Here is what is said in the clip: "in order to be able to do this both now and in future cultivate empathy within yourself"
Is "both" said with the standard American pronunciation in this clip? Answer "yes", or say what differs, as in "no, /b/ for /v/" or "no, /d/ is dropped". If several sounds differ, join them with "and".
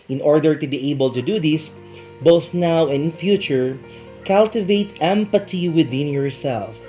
yes